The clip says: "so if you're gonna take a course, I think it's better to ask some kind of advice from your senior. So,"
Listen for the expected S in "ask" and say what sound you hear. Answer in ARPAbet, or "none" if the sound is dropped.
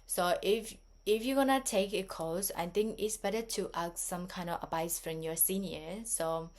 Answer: none